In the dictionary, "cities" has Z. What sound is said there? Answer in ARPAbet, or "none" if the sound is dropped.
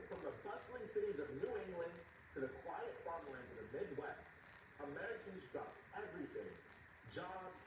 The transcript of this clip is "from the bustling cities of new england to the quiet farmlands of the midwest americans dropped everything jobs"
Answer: Z